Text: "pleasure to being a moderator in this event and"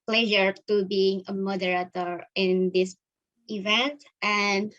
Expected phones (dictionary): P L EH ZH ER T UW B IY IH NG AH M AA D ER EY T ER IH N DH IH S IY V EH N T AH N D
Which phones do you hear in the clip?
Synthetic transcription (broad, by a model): P L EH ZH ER T UW B IY IH NG AH M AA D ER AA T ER IH N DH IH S IY V EH N T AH N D